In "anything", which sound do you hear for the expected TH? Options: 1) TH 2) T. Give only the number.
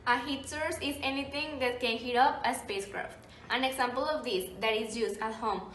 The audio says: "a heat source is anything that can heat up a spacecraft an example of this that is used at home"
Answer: 2